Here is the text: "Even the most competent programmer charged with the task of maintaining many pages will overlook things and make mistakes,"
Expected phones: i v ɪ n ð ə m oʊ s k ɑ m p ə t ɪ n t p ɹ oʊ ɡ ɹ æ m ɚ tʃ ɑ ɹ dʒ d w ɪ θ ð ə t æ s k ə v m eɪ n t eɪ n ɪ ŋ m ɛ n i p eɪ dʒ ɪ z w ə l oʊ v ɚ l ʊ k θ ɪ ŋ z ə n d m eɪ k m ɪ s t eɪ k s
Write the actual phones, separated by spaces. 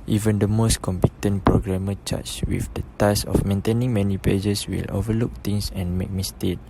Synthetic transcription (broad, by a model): i v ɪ n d ə m oʊ s k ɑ m p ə t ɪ n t p ɹ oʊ ɡ ɹ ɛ m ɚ tʃ ɑ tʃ w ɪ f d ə t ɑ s ə f m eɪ n t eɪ n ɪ ŋ m ɛ n i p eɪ dʒ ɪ s w ə l oʊ v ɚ l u k t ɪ ŋ s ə n m eɪ k m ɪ s t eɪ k